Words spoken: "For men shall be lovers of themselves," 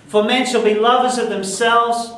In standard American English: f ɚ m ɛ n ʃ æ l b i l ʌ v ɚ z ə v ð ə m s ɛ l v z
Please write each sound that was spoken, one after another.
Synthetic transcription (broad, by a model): f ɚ m ɛ n ʃ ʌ l b i l ʌ v ɚ z ə v ð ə m s ɛ l v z